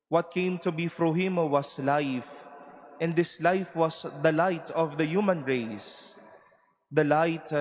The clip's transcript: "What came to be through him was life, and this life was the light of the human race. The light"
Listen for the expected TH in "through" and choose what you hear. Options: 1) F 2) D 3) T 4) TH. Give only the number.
1